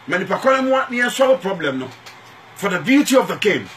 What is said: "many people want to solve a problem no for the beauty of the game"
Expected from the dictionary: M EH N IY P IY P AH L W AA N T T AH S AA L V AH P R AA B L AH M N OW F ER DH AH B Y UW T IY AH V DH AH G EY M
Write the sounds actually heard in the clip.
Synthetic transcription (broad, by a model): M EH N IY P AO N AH N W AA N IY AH S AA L P R AA B L AH M N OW F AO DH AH B Y UW T IY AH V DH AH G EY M